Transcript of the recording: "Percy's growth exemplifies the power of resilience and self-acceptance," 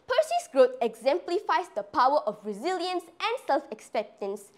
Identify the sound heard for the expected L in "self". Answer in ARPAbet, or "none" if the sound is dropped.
L